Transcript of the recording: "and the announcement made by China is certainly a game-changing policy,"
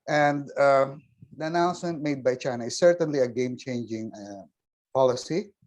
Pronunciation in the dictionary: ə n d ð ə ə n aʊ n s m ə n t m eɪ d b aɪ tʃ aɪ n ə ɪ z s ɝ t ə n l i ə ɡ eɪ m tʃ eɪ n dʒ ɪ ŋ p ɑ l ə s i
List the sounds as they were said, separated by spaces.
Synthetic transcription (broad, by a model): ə n d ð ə ə n aʊ n s m ə n t m eɪ d b aɪ tʃ aɪ n ə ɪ s ɝ t ə n l i ə ɡ eɪ m tʃ eɪ n dʒ ɪ ŋ p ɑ l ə s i